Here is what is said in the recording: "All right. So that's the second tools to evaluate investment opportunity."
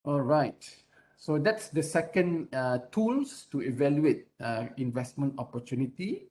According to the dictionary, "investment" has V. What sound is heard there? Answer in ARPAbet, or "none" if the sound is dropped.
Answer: V